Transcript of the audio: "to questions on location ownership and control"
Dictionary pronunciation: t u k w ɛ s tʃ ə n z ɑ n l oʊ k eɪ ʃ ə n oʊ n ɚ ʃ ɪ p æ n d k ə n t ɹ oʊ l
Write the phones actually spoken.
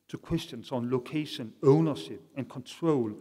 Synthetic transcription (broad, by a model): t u k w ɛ s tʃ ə n s ɑ n l oʊ k eɪ ʃ ə n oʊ n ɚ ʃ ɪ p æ n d k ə n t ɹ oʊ l